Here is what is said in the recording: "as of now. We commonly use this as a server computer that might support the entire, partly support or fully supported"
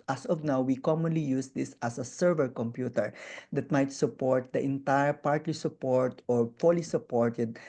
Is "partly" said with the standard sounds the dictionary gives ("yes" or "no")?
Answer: yes